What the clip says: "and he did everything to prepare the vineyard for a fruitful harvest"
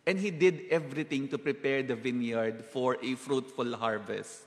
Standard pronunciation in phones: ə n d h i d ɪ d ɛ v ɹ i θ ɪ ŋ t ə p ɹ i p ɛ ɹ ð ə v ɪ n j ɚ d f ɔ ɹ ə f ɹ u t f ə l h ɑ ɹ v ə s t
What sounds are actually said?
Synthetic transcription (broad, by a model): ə n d h i d ɪ d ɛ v ɹ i t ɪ ŋ t ə p ɹ i p ɛ ɹ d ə v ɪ n j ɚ d f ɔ ɹ ə f ɹ u t f ə l h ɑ ɹ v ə s t